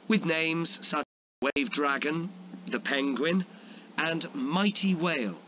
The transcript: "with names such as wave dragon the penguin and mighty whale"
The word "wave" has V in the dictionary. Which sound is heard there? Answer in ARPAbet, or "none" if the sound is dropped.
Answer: V